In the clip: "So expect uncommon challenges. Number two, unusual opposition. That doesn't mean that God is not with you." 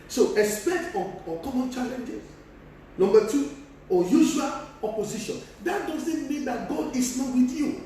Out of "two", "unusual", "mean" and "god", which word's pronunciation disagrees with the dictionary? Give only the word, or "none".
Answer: unusual